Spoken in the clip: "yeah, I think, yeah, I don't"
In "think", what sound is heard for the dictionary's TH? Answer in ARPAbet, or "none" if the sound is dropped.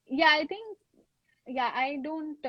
T